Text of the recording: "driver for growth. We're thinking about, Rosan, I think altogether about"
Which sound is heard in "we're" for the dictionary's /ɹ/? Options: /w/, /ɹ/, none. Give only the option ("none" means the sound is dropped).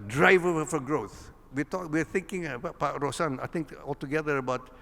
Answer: /w/